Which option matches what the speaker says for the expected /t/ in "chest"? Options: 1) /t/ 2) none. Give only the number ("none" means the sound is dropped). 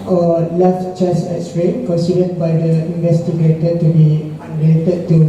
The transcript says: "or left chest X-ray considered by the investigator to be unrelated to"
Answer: 2